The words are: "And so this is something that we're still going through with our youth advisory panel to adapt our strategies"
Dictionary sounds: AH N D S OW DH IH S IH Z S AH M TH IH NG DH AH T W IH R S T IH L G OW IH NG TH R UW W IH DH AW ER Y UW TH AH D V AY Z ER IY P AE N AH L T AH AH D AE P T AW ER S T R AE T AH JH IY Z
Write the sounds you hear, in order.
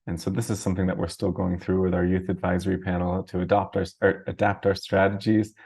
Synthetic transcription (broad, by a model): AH N S OW DH IH S IH Z S AH M TH IH NG DH AH T W IH R S T IH L G OW IH NG TH R UW W IH DH AW ER Y UW TH AH D V AY Z ER IY P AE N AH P T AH AH D AE P T AW ER S T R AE T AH JH IY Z